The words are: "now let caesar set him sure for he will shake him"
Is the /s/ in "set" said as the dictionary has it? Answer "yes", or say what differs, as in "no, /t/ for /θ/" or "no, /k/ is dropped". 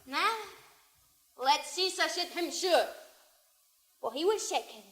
no, /ʃ/ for /s/